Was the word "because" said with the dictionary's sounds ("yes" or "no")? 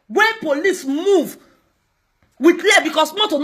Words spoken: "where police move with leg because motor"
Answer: no